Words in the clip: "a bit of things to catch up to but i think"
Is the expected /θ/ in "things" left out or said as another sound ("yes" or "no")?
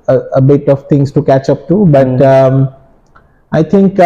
yes